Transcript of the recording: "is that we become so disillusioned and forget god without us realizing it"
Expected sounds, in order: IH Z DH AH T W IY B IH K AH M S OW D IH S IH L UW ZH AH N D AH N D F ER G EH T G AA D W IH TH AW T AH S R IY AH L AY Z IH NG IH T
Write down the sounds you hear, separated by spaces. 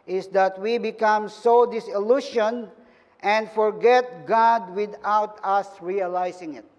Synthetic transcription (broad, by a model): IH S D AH T W IY B IH K AH M S OW D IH S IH L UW SH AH N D AH N D F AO G EH T G AA D W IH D AW T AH S R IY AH L AY S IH NG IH T